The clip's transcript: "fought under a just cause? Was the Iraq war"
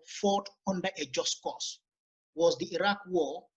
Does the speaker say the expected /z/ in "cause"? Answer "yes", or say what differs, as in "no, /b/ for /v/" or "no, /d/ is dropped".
no, /s/ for /z/